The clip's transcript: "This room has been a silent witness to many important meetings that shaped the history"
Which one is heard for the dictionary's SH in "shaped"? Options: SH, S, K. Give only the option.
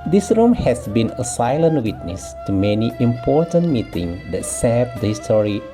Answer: S